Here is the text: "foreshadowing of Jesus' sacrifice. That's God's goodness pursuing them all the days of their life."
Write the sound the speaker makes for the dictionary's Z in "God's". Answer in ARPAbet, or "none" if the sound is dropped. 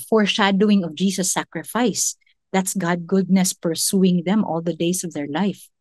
none